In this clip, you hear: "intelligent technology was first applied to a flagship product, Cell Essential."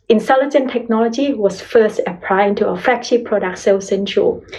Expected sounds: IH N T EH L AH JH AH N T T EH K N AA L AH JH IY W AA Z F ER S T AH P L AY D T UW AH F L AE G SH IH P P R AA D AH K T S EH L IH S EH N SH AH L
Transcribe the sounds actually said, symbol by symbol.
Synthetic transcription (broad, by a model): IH N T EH L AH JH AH N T T EH K N AA L AH JH IY W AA S F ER S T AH P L AY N T UW AH F EH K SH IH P P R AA D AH K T S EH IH S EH N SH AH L